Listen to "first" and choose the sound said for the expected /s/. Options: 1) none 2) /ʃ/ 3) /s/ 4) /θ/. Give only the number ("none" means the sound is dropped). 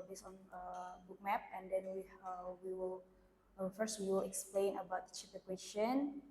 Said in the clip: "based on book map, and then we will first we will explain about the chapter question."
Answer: 3